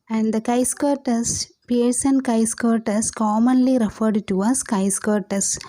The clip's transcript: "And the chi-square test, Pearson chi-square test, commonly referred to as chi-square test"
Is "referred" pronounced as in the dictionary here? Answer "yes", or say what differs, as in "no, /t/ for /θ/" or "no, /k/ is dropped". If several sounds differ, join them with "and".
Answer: yes